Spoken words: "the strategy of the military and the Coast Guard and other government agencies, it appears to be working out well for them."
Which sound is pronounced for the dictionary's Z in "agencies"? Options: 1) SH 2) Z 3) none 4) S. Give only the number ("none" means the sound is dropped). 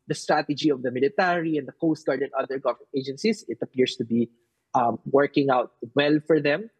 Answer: 4